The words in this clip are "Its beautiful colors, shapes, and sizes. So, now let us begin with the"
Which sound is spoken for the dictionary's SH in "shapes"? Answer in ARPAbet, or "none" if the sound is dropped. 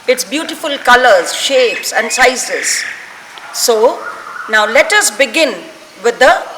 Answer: SH